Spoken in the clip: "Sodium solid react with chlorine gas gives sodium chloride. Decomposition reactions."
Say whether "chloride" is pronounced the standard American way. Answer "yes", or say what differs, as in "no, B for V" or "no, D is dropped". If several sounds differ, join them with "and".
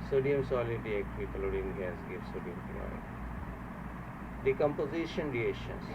no, L is dropped